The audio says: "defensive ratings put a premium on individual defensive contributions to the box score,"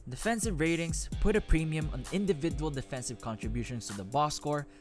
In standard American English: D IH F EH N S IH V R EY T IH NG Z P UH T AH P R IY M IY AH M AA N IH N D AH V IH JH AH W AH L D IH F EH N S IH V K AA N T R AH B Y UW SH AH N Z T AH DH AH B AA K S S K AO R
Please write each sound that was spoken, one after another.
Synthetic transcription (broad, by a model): D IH F EH N S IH V R EY T IH NG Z P UH T AH P R IY M IY AH M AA N IH N D AH V IH JH AH W AH L D IH F EH N S IH V K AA N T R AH B Y UW SH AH N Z T AH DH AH B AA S S K AO R